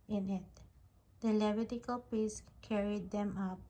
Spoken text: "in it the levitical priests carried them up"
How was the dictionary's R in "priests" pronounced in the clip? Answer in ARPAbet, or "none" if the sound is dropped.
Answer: none